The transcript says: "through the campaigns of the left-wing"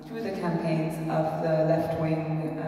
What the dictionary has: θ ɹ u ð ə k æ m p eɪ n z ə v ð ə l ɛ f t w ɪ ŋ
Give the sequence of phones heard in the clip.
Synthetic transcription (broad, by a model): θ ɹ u ð ə k æ m p eɪ n z ə v ð ə l ɛ f t w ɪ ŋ